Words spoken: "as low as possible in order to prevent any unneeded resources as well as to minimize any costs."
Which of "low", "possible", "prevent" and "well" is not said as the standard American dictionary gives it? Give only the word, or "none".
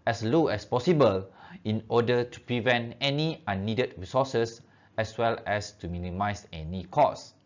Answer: none